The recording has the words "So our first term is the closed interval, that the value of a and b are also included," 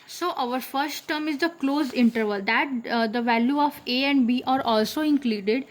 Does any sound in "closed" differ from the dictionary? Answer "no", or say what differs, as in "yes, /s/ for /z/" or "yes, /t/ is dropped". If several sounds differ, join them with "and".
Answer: yes, /d/ is dropped